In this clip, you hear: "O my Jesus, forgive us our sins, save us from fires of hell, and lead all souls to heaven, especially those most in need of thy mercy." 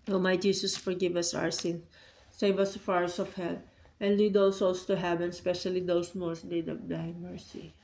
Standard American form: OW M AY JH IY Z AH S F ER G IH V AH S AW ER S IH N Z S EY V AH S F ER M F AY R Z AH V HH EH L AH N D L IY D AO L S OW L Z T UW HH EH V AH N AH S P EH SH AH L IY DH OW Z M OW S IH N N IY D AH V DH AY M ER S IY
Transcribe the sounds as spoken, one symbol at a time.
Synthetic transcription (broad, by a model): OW M AY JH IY S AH S F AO G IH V AH S AW ER S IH N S EY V AH S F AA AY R S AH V HH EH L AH N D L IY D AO S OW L S T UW HH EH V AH N S P EH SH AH L IY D OW S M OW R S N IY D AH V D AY M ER S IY